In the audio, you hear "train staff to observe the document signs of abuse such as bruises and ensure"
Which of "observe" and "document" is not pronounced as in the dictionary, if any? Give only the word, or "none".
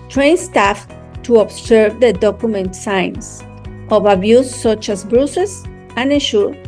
observe